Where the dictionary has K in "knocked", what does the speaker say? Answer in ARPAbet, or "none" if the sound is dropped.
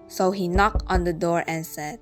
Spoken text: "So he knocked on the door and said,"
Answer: K